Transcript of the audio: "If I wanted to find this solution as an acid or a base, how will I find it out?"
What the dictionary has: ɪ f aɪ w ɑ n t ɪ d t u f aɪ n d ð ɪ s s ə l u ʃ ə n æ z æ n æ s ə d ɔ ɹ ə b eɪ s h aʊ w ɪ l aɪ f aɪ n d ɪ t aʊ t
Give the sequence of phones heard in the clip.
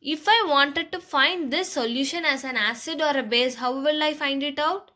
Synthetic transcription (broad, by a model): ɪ f aɪ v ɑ n t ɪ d t u f aɪ n d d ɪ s s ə l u ʃ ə n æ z æ n æ s ə d ɔ ɹ ə b eɪ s h aʊ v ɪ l aɪ f aɪ n d ɪ t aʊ t